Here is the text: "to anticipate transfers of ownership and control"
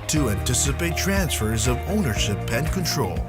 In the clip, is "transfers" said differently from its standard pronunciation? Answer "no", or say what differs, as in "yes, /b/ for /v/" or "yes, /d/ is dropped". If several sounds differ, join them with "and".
no